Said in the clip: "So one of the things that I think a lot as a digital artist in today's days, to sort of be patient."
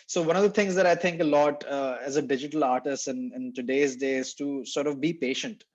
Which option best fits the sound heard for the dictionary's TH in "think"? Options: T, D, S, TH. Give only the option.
T